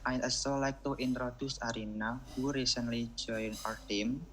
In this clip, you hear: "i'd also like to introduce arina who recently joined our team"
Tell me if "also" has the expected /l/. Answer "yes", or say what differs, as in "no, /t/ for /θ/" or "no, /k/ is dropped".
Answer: no, /l/ is dropped